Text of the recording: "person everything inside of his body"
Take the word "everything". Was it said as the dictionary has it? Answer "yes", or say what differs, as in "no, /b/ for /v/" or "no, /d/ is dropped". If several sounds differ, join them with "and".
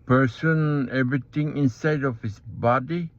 no, /t/ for /θ/